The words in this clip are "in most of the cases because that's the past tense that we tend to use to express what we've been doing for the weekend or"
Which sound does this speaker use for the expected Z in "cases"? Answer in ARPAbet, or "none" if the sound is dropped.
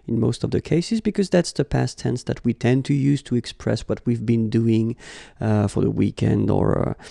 Z